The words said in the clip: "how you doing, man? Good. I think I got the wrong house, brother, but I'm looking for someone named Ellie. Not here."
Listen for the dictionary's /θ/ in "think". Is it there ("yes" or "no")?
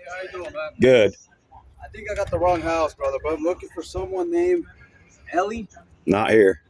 yes